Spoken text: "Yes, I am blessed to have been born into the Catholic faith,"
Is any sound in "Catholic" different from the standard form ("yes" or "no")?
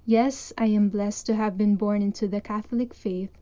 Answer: no